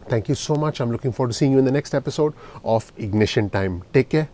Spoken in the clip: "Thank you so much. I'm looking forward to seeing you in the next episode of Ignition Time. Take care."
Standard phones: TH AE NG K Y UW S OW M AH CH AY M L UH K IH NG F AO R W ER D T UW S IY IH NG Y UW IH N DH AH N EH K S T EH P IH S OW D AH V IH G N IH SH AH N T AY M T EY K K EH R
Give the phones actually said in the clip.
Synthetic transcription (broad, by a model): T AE NG K Y UW S OW M AH CH AY M L UH K IH NG F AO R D T UW S IY IH NG Y UW IH N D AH N EH K S T EH P IH S OW D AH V IH G N IH SH AH N T AY M T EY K K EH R